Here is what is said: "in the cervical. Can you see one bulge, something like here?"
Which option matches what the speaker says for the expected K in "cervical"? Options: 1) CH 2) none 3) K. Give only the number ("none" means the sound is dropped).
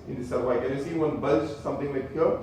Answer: 2